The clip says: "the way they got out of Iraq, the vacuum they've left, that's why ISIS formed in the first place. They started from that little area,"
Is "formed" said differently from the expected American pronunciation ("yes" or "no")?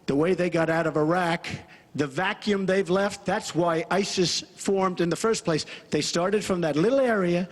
no